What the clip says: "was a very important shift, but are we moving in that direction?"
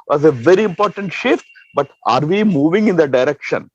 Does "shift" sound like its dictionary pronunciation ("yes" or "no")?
yes